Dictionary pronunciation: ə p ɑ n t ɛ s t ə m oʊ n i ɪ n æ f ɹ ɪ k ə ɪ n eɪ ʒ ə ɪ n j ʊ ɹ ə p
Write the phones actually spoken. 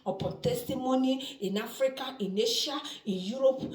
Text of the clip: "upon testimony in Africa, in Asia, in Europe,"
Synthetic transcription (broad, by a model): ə p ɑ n t ɛ s t ə m oʊ n i ɪ n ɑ f ɹ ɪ k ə ɪ n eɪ ʃ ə ɪ n j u ɹ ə p